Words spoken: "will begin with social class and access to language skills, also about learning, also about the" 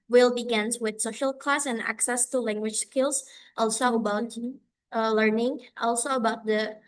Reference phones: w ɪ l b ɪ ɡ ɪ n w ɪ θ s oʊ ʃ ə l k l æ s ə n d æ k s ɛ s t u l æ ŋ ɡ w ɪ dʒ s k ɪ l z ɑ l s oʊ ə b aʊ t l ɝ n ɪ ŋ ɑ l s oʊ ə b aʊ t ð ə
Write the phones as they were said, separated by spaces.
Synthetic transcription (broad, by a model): w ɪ l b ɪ ɡ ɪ n w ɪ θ s oʊ ʃ ə l k l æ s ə n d æ k s ɛ s t u l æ ŋ ɡ w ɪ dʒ s k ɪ l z ɑ l s oʊ ə b aʊ t l ɝ n ɪ ŋ ɑ l s oʊ ə b aʊ t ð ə